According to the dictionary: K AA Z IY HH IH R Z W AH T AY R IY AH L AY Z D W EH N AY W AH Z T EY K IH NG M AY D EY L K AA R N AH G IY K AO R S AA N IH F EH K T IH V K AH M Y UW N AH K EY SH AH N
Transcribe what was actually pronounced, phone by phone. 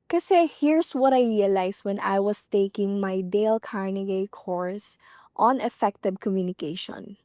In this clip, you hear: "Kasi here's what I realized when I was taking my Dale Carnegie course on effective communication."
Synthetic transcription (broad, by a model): K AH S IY HH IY R S W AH T AY R IY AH L AY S W EH N AY W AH S T EY K IH NG M AY D EY L K AA R N AH G IY K AO R S AA N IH F EH K T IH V K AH M Y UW N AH K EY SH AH N